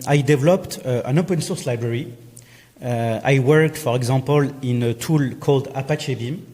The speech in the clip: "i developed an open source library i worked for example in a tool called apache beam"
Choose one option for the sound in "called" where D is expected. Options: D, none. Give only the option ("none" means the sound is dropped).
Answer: D